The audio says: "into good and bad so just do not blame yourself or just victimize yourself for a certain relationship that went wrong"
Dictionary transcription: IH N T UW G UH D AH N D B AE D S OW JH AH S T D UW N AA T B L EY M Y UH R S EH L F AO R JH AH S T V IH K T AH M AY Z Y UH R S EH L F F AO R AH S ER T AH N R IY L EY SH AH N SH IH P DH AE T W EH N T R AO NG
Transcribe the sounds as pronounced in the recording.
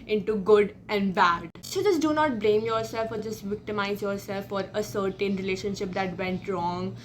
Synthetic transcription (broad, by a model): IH N T UW G UH D AH N D B AE D S OW JH AH S T D UW N AA T B L EY M Y UH R S EH L F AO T JH AH S T V IH K T AH M AY Z Y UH R S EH L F F AO R AH S ER T AH N R IY L EY SH AH N SH IH P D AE T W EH N T R AO NG